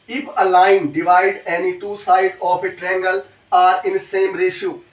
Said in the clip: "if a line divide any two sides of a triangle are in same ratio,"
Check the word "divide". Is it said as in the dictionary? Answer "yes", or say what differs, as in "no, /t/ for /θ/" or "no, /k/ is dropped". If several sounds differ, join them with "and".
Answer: yes